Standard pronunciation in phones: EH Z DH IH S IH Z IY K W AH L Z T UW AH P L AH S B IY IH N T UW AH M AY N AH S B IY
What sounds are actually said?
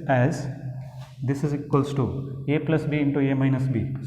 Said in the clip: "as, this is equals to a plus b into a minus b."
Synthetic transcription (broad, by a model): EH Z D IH S IH Z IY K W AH L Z T UW AH P L AH S B IY IH N T UW AH M AY N AH S B IY